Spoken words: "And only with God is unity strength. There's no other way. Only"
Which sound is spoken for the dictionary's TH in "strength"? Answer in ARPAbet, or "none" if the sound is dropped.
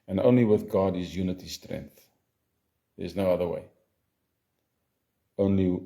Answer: TH